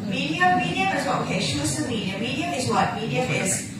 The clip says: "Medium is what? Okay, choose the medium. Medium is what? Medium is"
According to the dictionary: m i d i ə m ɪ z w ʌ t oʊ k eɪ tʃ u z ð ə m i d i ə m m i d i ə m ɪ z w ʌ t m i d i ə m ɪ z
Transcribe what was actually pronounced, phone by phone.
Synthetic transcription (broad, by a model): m i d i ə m ɪ z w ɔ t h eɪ ʃ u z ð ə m i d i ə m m i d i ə ɪ z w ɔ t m i d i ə ɪ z